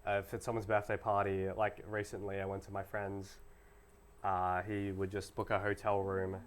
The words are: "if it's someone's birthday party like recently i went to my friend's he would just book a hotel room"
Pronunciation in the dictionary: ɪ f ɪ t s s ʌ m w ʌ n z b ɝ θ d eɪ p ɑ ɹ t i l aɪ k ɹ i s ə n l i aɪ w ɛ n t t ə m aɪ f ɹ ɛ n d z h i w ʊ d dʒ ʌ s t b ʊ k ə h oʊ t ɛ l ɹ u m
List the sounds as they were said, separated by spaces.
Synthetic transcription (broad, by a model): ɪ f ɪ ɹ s s ʌ m w ʌ n z b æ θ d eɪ p ɑ ɹ t i l aɪ k ɹ i s ə n l i aɪ w ɛ n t t ə m aɪ f ɹ ɛ n d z h i w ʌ d dʒ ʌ s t b ʊ k ə h oʊ t ɛ l ɹ u m